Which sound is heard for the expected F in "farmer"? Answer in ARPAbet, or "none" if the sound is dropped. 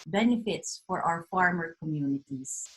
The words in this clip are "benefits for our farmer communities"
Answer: F